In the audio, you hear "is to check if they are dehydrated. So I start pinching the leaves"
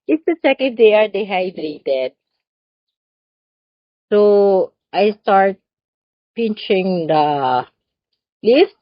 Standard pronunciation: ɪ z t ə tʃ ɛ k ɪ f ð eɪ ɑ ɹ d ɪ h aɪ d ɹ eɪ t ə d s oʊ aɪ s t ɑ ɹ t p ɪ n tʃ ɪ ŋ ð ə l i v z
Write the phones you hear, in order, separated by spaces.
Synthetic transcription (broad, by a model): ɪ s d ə s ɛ k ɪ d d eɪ ɑ ɹ d ɪ h aɪ d ɹ eɪ t ə d s oʊ aɪ s t ɑ ɹ t p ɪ n tʃ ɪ ŋ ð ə l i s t